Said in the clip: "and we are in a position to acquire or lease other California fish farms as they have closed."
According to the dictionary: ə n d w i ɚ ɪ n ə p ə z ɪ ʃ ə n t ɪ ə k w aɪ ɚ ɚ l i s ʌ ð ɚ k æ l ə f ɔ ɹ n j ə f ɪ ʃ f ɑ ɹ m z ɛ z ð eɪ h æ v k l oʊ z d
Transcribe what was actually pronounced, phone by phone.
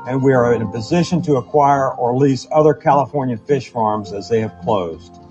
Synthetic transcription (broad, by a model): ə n w i ɚ ɪ n ə p ə z ɪ ʃ ə n t ɪ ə k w aɪ ɚ ɚ l i s ʌ ð ɚ k æ l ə f ɔ ɹ n j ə f ɪ ʃ f ɑ ɹ m z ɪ z ð eɪ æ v k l oʊ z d